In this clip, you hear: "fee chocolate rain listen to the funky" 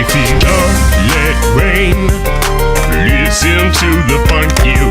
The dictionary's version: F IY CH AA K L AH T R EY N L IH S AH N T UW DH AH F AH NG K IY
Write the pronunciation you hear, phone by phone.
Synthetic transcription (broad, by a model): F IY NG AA L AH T R EY N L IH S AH N T UW DH AH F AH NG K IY